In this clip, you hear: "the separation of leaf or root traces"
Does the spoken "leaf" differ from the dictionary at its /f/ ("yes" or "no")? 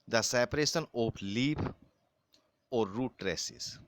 yes